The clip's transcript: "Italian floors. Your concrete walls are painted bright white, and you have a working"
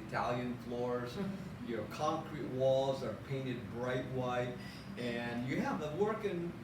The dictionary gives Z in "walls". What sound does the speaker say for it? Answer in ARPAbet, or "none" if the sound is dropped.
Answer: Z